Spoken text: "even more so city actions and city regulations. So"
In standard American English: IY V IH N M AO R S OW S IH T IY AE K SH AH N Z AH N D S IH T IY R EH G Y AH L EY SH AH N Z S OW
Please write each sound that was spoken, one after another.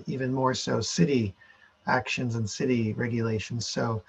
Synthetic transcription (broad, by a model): IY V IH N M AO R S OW S IH T IY AE K SH AH N Z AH N S IH T IY R EH G Y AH L EY SH N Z S OW